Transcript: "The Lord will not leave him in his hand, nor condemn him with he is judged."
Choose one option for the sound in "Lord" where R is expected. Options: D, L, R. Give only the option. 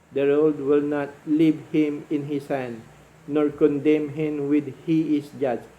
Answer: L